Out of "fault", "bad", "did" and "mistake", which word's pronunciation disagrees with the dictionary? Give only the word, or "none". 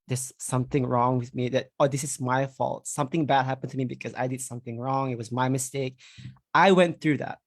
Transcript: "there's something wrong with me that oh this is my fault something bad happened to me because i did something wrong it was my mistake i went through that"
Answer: none